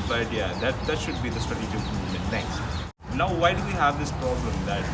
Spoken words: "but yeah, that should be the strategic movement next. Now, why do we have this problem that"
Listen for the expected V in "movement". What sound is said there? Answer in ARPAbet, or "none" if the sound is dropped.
none